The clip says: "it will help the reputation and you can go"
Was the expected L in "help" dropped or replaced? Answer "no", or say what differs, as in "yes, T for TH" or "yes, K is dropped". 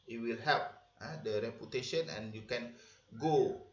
yes, L is dropped